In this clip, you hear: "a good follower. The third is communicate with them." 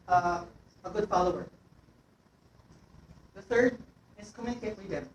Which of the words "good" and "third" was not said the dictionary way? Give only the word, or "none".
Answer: none